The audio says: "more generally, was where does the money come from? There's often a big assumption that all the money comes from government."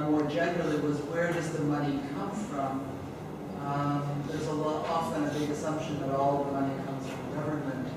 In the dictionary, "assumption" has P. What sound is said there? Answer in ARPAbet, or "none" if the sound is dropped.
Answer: P